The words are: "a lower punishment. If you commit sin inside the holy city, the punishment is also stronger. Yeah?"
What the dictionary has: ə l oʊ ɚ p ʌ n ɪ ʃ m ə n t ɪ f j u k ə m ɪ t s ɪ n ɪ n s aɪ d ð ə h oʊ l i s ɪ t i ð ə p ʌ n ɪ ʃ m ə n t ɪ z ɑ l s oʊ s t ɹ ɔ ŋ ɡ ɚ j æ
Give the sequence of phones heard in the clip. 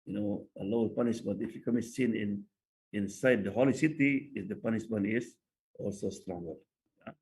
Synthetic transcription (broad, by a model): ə n oʊ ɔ p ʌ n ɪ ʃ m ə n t ɪ f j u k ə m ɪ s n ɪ n ɪ n s aɪ d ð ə h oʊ l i s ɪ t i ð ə p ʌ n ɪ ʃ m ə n ɪ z ɑ l s oʊ s t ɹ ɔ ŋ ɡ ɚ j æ